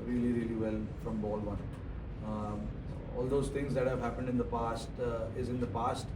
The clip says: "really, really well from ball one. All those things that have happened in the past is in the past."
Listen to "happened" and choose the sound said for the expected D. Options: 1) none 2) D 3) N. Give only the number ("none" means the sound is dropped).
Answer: 2